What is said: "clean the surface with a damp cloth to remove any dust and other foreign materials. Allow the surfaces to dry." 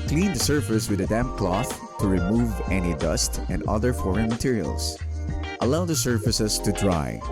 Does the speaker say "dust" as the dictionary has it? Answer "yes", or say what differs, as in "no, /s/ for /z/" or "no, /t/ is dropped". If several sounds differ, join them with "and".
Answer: yes